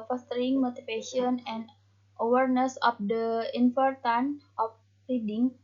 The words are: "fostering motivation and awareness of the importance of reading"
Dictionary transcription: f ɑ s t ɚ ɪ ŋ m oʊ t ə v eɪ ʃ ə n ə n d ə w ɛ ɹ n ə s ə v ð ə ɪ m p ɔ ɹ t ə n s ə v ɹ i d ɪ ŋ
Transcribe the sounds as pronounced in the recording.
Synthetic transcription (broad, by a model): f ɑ s t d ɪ ŋ m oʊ t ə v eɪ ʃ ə n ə n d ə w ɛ ɹ n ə s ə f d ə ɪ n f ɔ ɹ t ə n ə f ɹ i d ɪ ŋ